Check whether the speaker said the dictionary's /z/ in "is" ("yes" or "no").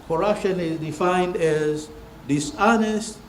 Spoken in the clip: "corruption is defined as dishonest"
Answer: yes